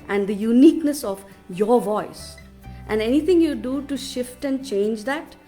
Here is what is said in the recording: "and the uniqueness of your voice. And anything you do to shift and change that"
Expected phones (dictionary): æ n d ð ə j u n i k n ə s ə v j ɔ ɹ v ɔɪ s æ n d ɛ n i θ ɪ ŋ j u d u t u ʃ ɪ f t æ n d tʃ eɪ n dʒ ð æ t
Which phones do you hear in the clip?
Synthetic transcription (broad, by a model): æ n d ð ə j u n i k n ə s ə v j ɔ ɹ v ɔɪ s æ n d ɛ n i t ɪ ŋ j u d u t u ʃ ɪ f t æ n d tʃ eɪ n dʒ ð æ t